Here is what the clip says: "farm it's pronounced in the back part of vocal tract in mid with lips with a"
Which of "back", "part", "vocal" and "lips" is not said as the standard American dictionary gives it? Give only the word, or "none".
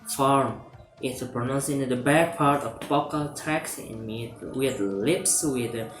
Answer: vocal